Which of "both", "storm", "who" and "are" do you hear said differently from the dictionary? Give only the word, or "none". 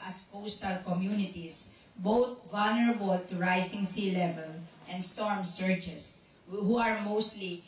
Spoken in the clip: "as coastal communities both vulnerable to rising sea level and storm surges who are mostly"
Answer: both